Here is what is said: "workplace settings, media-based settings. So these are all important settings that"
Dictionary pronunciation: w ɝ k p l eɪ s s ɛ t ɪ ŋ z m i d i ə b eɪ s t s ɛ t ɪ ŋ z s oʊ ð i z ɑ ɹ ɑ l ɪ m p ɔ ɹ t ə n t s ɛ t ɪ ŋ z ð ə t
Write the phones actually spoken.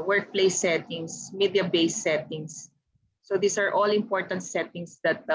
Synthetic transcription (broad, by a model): w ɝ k p l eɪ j s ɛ t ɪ ŋ s m i d i ə b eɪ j s ɛ t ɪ ŋ s oʊ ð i s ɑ ɹ ɑ l ɪ m p ɔ ɹ t ə n t s ɛ t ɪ ŋ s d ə t